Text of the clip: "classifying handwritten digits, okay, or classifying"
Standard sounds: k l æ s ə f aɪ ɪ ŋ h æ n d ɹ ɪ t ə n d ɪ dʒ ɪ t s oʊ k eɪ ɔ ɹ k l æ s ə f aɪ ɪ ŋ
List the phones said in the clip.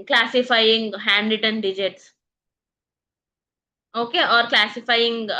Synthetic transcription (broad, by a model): k l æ s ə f aɪ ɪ ŋ h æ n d ɪ t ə n d ɪ dʒ ɪ t s oʊ k eɪ ɔ ɹ k l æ s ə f aɪ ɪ ŋ